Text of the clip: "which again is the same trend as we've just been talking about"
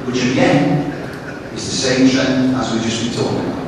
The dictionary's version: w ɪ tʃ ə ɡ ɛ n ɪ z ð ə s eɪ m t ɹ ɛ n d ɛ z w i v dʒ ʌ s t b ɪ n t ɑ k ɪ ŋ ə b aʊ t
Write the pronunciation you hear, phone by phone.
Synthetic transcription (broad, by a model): w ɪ tʃ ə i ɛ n ɪ z ð ə s eɪ m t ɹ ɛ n ʌ z w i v dʒ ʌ s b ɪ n t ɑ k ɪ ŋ